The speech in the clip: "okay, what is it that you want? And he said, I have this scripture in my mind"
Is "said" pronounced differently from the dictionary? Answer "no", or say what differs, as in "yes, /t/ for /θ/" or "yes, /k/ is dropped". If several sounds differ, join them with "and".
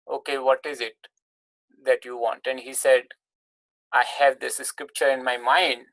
no